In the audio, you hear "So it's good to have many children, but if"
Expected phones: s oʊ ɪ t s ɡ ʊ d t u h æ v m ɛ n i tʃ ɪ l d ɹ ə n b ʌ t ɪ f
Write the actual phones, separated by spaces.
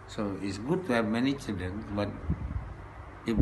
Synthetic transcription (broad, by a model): s oʊ ɪ t s ɡ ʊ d t u h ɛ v m ɛ n i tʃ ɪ d ə n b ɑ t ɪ